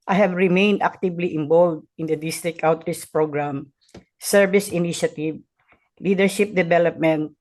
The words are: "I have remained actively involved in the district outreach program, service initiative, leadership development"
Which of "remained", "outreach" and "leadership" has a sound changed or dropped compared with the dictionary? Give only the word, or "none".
outreach